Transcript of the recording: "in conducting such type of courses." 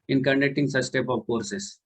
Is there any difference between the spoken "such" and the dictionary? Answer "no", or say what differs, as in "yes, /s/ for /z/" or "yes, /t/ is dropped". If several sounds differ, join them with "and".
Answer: yes, /s/ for /tʃ/